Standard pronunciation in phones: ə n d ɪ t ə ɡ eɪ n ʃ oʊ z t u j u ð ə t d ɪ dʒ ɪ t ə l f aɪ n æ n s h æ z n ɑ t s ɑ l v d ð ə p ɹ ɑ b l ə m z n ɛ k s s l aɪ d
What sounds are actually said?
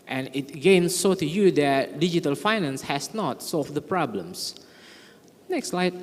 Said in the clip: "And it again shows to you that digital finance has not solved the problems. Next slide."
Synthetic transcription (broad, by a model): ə n ɪ t ɡ eɪ n s oʊ t u j u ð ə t d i dʒ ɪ t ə l f aɪ n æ n s h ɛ s n ɑ t s ɑ l f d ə p ɹ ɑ b l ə m s n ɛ k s s l aɪ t